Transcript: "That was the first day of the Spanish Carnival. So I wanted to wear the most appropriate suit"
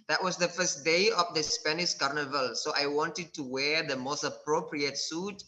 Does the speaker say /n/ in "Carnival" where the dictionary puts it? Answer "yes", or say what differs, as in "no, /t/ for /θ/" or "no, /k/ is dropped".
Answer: yes